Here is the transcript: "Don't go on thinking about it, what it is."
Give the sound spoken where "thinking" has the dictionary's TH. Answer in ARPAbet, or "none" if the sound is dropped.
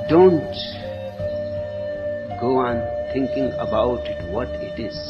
T